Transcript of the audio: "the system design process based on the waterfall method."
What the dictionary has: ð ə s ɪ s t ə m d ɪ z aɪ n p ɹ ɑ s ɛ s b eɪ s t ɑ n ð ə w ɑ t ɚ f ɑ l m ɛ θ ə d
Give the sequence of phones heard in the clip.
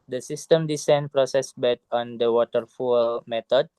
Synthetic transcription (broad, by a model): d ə s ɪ s t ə m d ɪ s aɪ n p ɹ ɑ s ɛ s b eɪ t ɑ n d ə w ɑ t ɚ f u l m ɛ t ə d